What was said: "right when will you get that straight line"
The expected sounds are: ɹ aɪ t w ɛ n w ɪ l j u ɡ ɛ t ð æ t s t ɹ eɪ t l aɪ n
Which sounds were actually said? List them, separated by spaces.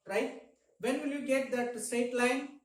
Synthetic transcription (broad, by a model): ɹ aɪ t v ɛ n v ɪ l j u ɡ ɛ t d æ t s t eɪ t l aɪ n